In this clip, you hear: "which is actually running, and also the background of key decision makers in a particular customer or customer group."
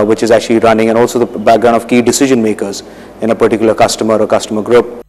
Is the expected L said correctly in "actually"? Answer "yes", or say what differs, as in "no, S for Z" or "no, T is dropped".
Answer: yes